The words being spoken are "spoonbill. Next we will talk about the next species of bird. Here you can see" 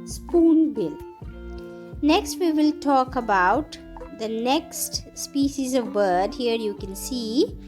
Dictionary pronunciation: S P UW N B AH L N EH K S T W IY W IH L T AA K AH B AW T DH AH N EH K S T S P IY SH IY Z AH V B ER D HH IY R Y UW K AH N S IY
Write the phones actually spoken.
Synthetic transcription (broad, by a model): S P UW N B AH L N EH K S T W IY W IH L T AA K AH B AW T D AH N EH K S T S P IY SH IY Z AH V B ER D HH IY R Y UW K AH N S IY